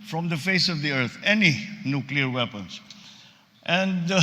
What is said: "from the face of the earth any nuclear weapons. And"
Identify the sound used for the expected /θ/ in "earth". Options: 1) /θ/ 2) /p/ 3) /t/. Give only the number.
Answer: 3